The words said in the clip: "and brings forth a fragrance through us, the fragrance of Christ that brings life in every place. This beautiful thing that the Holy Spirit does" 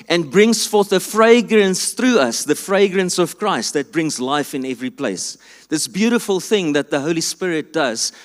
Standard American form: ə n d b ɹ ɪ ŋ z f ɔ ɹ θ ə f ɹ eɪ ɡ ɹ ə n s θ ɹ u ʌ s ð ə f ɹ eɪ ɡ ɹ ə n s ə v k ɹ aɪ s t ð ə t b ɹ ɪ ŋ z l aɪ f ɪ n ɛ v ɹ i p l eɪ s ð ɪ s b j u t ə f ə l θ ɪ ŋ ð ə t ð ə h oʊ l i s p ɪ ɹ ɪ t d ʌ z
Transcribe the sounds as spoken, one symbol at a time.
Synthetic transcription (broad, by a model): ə n b ɹ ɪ ŋ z f ɔ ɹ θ ə f ɹ eɪ ɡ ɹ ə n s θ ɹ u ʌ s ð ə f ɹ eɪ ɡ ɹ ə n s ə v k ɹ aɪ s t ð ə t b ɹ ɪ ŋ z l aɪ f ɪ n ɛ v ɹ i p l eɪ s ð ɪ s b j u t ə f ə l θ ɪ ŋ ð ə t ð ə h oʊ l i s p ɪ ɹ ɪ t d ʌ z